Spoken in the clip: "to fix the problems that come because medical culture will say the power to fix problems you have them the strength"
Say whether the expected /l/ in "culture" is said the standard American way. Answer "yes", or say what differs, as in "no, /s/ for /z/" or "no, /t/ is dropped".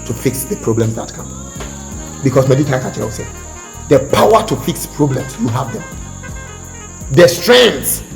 no, /l/ is dropped